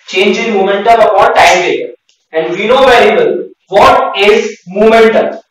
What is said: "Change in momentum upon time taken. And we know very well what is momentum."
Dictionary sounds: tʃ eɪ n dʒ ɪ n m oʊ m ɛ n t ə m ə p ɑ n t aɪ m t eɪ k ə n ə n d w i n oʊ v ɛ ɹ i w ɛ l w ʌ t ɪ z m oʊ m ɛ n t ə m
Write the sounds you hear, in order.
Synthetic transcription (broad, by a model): tʃ eɪ n dʒ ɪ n m oʊ m ɛ n t ə m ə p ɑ t aɪ m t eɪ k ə ə n d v i n oʊ v ɛ ɹ i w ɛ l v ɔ t ɪ z m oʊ m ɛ n t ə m